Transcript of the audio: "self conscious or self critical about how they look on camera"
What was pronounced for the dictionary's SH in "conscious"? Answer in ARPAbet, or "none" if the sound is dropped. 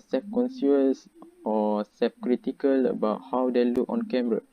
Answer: S